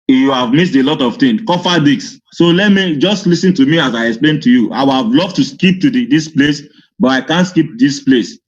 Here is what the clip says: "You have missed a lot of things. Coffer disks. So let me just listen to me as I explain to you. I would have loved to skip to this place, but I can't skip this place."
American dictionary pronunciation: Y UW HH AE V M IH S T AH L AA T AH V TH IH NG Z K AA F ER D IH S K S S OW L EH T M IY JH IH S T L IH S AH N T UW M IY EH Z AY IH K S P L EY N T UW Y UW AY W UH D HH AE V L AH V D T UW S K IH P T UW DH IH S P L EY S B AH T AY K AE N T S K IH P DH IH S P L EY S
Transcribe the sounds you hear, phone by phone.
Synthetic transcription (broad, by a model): Y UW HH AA V M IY S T AH L AA T AH V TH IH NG K AA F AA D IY K S S OW L EH T M IY JH IH S T L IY S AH N T UW M IY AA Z AY IH K S P L EY N T UW Y UW AY W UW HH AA V L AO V T UW S K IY P T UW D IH S P L EY S B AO T AY K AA N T S K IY P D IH S P L EY S